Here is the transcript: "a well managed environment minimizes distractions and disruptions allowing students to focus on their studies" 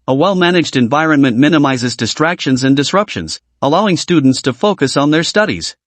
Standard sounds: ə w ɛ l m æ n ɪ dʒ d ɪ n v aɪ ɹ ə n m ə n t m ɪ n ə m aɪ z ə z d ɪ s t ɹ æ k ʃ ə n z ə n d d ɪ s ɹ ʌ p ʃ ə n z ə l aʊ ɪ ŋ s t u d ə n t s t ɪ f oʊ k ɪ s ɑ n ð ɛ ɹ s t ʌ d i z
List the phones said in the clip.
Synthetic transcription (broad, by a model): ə w ɛ l m æ n ɪ dʒ d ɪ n v aɪ ɹ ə n m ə n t m ɪ n ə m aɪ z ə z d ɪ s t ɹ æ k ʃ ə n z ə n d d ɪ s ɹ ʌ p ʃ ə n z ə l aʊ ɪ ŋ s t u d n t s t ɪ f oʊ k ɪ s n ð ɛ ɹ s t ʌ d i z